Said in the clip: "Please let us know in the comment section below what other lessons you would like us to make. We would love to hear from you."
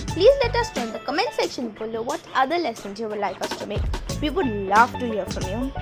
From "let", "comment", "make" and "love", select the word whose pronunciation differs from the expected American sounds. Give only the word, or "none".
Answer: love